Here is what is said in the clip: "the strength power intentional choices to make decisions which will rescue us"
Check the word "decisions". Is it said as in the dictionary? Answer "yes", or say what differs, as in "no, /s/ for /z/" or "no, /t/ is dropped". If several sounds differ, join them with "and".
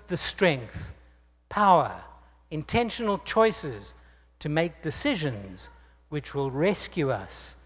yes